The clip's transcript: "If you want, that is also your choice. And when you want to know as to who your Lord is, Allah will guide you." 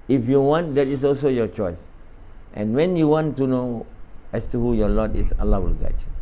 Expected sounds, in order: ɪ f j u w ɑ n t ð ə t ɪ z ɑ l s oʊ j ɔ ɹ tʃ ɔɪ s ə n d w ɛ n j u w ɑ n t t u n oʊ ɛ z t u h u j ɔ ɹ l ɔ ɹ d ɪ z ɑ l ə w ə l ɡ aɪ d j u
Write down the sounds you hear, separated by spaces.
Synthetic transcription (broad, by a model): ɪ f j u w ɑ n t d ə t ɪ s ɑ l s oʊ j ɔ tʃ ɔɪ s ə n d w ɛ n j u w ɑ n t t u n oʊ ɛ s t u h u j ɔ l ɔ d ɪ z ɑ l ə w ə l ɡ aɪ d